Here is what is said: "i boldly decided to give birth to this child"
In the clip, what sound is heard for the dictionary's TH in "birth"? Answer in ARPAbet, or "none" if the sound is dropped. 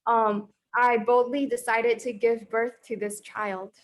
TH